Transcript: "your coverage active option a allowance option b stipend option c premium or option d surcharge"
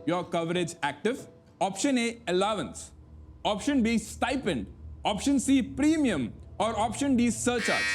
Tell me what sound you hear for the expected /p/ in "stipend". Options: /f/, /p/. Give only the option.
/p/